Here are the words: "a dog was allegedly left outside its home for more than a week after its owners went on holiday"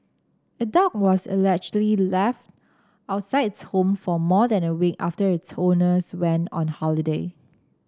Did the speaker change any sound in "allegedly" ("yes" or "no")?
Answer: yes